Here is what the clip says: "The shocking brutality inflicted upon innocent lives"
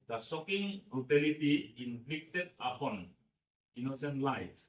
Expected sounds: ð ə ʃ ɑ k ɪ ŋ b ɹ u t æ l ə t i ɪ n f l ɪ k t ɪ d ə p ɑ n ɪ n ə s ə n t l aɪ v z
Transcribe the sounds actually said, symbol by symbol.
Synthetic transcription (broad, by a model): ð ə s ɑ k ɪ ŋ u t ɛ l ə t i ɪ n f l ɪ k t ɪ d ə p ɑ n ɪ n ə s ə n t l aɪ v